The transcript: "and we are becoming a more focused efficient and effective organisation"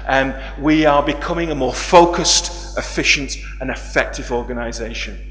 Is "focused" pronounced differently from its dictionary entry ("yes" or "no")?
no